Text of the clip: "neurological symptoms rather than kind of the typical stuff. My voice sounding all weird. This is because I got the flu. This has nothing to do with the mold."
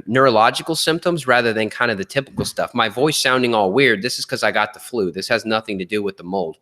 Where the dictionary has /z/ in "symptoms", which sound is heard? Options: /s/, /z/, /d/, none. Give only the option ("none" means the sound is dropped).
/z/